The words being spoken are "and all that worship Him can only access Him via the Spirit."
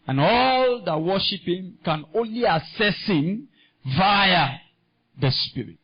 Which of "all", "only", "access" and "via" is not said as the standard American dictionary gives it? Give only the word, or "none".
access